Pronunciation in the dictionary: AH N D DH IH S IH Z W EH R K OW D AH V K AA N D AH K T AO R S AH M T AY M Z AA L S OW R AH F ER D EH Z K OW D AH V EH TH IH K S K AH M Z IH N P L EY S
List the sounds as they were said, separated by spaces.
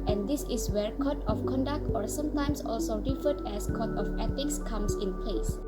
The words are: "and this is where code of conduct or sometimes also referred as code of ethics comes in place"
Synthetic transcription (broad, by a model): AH N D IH S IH W EH R K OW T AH F K AA N D AH K T AO R S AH M T AY M S AA L S OW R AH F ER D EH S K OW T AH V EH T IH K S K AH M S IH N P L EY S